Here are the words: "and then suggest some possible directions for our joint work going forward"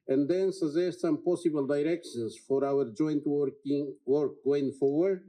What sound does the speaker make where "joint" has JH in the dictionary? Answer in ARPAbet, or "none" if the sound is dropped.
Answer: JH